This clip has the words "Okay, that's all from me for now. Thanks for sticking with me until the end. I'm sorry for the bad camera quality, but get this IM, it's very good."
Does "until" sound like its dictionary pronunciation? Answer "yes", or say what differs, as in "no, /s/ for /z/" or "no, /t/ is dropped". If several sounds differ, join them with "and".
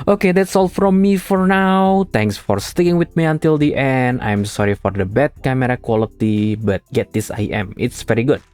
yes